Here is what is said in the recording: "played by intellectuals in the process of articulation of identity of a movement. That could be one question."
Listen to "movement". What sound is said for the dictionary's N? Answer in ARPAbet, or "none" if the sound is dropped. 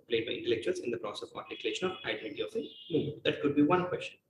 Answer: none